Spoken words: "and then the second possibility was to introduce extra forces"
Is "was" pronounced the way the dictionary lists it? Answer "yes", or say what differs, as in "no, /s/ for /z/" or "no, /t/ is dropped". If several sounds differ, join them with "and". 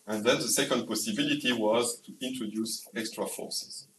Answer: yes